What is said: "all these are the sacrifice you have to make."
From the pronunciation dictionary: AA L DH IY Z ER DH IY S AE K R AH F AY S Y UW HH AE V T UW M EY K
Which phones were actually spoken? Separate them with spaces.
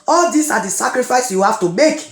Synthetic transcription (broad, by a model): AA L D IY S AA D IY S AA K R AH F AY S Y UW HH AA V T UW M EY K